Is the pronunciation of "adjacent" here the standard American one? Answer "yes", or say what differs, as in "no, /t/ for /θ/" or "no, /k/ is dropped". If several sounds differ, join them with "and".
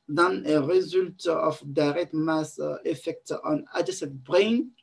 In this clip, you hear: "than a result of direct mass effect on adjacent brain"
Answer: no, /n/ is dropped